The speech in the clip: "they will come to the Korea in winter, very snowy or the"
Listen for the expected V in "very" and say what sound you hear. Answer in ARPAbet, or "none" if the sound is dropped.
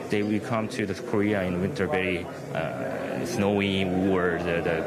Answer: B